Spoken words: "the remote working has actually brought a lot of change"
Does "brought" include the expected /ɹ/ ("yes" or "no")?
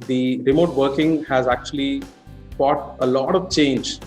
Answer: no